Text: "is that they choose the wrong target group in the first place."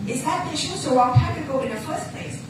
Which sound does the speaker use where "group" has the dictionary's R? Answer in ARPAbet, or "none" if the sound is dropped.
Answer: none